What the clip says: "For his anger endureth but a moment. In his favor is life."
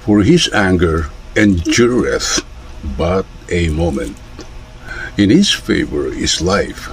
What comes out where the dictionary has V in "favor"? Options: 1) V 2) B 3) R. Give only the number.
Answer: 1